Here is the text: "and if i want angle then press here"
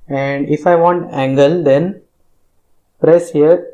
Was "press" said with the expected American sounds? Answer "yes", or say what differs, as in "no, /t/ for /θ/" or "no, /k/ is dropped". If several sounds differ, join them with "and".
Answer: yes